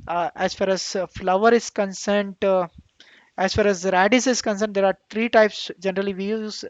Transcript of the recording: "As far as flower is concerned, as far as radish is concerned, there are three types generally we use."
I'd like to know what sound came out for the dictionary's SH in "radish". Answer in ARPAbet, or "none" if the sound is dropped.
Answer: S